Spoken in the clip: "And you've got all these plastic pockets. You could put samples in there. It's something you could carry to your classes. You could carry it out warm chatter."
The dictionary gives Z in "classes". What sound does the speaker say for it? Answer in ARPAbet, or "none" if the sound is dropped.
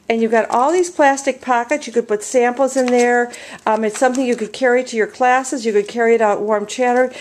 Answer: Z